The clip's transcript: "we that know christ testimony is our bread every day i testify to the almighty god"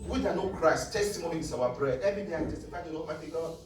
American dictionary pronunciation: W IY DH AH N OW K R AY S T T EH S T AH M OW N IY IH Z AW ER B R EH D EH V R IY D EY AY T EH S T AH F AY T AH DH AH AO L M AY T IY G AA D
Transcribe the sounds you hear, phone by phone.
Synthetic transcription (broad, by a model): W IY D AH N OW K R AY S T T EH S T AH M OW N IY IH S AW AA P R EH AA EH V R IY D EY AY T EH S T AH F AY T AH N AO M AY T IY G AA